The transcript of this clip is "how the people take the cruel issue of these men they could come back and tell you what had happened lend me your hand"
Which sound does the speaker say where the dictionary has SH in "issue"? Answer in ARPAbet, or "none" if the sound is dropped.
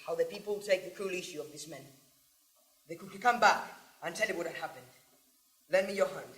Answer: SH